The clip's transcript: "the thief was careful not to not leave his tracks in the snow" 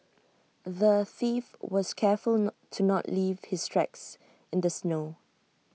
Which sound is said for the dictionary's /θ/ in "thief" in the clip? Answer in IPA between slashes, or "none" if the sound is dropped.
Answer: /θ/